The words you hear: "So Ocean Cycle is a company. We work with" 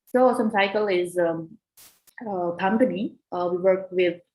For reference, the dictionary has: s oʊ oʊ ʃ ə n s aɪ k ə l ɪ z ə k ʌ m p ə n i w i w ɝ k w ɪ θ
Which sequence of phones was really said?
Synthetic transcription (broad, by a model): s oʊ oʊ s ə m s aɪ k ə l ɪ z ə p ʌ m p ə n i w i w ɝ k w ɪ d